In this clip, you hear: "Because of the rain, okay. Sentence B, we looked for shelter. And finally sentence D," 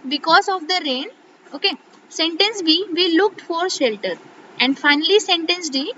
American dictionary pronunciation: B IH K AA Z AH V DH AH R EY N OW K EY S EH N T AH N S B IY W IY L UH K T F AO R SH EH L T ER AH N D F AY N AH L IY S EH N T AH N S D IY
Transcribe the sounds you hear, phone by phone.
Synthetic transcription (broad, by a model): B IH K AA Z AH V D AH R EY N OW K EY S EH N T AH N S B IY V IY L UH K T F AO R SH EH L T ER AH N D F AY N AH L IY S EH N T AH N S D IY